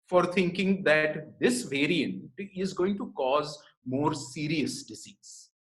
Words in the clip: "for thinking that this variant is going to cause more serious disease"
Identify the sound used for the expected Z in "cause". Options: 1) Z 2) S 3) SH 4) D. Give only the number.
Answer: 1